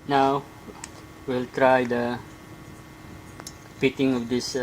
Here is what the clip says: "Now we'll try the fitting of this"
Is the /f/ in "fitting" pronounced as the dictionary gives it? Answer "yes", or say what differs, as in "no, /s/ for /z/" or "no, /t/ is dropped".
no, /p/ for /f/